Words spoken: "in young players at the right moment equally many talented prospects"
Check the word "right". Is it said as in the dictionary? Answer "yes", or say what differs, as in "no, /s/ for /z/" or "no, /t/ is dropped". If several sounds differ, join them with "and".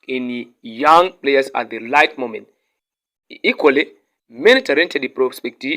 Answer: no, /l/ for /ɹ/